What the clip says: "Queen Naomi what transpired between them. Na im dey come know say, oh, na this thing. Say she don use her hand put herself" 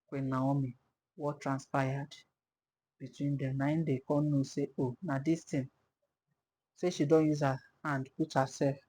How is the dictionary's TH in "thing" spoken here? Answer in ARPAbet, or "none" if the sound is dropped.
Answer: T